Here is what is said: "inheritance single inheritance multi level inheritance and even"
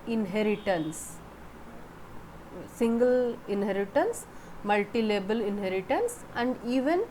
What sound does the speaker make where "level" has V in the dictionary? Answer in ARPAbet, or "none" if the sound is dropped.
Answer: B